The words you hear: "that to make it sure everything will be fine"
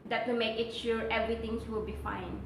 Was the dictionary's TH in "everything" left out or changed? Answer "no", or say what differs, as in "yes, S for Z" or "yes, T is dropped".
yes, T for TH